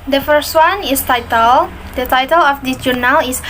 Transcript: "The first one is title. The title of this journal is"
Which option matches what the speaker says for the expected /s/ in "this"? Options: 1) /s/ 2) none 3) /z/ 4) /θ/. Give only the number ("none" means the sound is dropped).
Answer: 2